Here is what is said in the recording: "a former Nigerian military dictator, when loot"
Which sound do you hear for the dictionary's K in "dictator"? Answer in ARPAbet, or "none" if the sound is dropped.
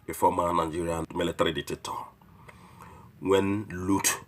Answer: none